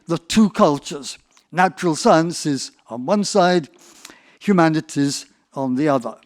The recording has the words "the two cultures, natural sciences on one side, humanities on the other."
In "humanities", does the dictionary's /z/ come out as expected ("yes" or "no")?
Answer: yes